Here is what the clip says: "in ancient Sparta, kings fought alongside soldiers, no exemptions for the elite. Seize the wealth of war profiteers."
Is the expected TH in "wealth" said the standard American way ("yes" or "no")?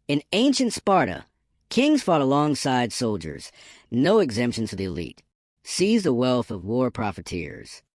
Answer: yes